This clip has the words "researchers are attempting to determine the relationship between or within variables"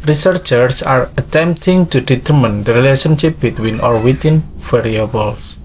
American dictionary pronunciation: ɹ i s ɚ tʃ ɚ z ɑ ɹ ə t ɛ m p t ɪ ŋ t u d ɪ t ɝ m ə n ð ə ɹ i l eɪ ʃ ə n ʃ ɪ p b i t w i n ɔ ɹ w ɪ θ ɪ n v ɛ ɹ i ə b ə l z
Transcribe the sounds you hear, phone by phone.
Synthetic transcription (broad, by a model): ɹ i s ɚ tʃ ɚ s ɑ ɹ ə t ɛ m p t ɪ ŋ t u d ɪ t ɝ m ə n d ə ɹ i l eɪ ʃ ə n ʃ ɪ p b i t w i n ɔ ɹ w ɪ t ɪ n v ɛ ɹ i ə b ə l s